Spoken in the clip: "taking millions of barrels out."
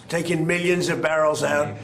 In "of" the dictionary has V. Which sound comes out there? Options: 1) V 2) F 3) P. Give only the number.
1